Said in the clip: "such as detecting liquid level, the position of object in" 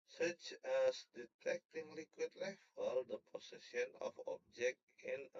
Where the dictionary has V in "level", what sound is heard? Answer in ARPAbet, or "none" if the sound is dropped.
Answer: F